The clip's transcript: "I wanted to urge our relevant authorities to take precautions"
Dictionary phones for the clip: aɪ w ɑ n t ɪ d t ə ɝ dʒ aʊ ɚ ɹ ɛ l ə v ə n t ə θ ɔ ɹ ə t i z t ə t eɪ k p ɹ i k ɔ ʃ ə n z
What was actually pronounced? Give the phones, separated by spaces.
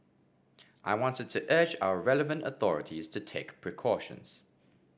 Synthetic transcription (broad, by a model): aɪ w ɑ n t ɪ d t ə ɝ dʒ aʊ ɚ ɹ ɛ l ə v ə n t ə θ ɔ ɹ ə t i z t ə t eɪ k p ɹ i k ɔ ʃ ə n z